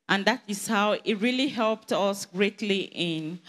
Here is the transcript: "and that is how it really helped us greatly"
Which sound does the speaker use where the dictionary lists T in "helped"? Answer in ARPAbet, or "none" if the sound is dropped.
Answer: T